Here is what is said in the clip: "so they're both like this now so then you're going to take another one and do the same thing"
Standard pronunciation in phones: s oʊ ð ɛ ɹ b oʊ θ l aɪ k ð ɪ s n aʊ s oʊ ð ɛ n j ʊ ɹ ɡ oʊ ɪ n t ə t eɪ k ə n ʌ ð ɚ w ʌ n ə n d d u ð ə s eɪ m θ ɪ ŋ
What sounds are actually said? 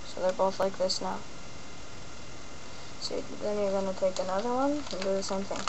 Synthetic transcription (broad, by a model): s oʊ ð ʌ ɹ b oʊ θ l aɪ k ð ɪ s n aʊ s oʊ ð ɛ n j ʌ ɹ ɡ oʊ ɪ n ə t eɪ k ə n ʌ ð ɚ w ʌ n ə n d d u ð ə s eɪ m θ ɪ ŋ